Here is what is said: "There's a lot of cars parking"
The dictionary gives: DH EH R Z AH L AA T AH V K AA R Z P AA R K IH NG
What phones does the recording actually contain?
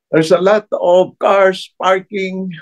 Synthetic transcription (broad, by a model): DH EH R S AH L AA T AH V K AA R S P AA R K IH NG